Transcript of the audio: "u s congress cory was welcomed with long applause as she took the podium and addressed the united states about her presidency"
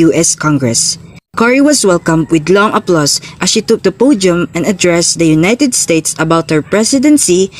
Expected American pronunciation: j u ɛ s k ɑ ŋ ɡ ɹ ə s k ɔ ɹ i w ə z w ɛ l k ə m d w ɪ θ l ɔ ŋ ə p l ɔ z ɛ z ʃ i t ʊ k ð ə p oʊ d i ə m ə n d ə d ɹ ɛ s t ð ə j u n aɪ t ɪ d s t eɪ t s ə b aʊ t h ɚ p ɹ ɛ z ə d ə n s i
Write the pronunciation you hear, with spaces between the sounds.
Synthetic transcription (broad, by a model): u ɛ s k ɑ ŋ ɡ ɹ ə s k ɔ ɹ i w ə s w ɛ l k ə m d w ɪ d l ɔ ŋ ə p l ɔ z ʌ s ʃ i t ʊ k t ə p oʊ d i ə m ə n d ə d ɹ ɛ s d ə j u n aɪ t ɪ d s t eɪ t s ə b aʊ t h ɚ p ɹ ɛ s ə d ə n s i